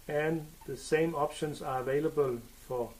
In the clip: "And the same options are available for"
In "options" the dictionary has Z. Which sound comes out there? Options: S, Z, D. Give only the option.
S